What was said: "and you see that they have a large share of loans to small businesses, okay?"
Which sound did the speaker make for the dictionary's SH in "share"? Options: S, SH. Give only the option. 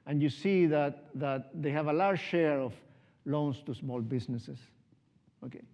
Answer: SH